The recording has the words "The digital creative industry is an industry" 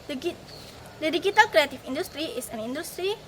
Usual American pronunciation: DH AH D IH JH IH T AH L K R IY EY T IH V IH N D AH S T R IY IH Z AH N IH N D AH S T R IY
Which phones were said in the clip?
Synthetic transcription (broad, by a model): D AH D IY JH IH T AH L K R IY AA T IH F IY N D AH S T R IY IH S AH N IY N D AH S T R IY